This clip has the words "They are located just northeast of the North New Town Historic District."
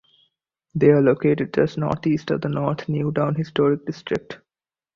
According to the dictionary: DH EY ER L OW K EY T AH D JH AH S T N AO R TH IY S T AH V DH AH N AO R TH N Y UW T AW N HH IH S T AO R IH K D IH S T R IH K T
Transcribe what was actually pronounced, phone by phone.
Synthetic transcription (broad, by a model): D EY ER L OW K EY T AH D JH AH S N AO R T IY S T AH V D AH N AO R T N Y UW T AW N HH IH S T AO R IH K D IH S T R IH K T